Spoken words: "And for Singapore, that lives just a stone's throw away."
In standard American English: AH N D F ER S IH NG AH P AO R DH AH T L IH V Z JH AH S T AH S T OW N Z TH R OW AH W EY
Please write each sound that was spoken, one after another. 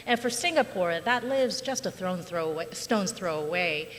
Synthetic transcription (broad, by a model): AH N F ER S IH NG AH P AO R DH AH T L IH V Z JH AH S T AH S T OW N Z TH R OW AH W EY